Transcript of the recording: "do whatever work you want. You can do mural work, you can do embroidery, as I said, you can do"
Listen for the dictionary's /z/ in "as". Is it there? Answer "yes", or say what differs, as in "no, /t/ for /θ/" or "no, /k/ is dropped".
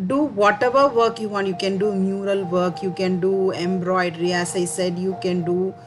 no, /s/ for /z/